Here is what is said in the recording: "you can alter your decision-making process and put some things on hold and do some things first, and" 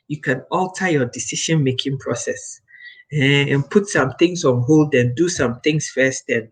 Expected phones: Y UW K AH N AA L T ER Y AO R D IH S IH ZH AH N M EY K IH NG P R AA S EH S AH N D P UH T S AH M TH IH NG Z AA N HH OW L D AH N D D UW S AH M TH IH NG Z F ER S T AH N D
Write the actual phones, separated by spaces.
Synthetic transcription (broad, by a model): Y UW K AH N AA L T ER Y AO D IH S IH SH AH N M EY K IH NG P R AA S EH S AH N P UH T S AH M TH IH NG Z AA N HH OW L D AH N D D UW S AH M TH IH NG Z F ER S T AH N